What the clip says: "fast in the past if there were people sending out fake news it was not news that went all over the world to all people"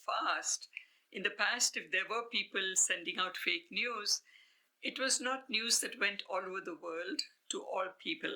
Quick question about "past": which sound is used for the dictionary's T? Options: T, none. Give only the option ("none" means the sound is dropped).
T